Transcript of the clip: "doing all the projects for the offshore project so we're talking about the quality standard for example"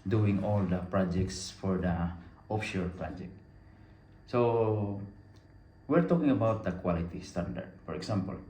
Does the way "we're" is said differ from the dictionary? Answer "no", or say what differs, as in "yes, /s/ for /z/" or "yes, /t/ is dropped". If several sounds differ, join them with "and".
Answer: no